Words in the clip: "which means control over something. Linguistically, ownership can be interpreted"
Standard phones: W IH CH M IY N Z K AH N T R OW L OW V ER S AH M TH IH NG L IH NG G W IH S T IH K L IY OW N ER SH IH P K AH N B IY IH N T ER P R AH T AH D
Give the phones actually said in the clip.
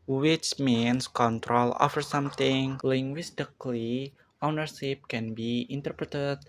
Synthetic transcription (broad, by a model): W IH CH M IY N S K AH N T R OW L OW F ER S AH M T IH NG L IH NG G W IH S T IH K L IY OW N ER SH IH P K AH N B IY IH N T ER P R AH T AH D